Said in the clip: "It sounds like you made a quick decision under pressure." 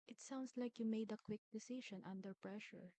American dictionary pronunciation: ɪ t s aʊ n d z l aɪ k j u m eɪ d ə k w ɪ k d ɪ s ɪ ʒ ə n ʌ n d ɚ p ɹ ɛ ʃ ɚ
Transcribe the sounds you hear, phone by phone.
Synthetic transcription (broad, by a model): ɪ t s aʊ n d s l aɪ k j u m eɪ d ə k w ɪ k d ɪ s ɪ ʃ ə n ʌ n d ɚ p ɹ ɛ ʃ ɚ